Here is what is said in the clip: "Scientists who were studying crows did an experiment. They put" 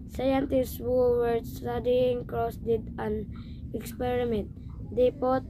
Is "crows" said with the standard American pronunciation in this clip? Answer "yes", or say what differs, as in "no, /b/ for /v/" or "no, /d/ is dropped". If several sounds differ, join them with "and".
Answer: no, /s/ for /z/